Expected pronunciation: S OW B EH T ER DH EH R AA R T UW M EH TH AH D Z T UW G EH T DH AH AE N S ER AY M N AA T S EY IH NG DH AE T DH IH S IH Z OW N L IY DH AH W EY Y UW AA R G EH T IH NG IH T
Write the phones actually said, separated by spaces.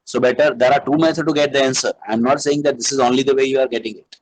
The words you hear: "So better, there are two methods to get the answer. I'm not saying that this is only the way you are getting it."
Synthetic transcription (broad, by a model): S OW B EH T ER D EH R AA R T UW M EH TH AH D T UW G EH T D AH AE N S ER AY M N AA T S EY IH NG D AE T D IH S IH Z OW N L IY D AH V EY Y UW AA R G EH T IH NG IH T